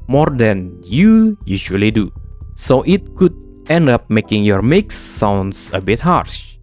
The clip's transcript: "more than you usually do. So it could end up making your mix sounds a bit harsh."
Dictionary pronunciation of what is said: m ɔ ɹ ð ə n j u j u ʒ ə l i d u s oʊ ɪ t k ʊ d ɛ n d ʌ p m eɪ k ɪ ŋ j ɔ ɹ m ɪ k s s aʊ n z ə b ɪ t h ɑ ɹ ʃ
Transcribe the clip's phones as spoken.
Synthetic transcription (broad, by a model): m ɔ ɹ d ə n j u j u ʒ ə l i d u s oʊ ɪ t k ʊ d ɛ n d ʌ p m eɪ k ɪ ŋ j ɔ ɹ m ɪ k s s aʊ n s ə b ɪ t h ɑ ɹ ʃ